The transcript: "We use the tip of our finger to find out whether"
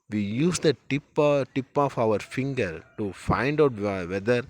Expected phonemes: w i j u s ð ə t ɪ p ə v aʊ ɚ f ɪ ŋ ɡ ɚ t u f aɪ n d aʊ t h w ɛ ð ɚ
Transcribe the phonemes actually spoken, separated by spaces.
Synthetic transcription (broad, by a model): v i j u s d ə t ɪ p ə p aʊ ɚ f ɪ ŋ ɡ ɚ t u f aɪ n d aʊ t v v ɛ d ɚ